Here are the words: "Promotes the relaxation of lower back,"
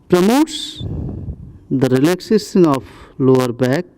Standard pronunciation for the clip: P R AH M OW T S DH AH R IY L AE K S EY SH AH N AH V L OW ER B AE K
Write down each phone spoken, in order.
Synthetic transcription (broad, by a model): P R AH M OW T S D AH R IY L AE K S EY S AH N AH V L OW ER B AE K